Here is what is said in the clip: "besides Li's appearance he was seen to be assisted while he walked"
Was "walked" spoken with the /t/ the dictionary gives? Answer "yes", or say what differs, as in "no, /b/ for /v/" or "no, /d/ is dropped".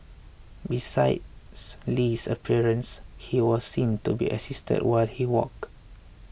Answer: no, /t/ is dropped